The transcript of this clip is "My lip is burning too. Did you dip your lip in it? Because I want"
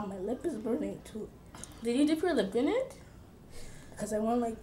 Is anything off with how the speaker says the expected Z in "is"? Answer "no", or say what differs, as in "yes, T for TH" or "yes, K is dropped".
no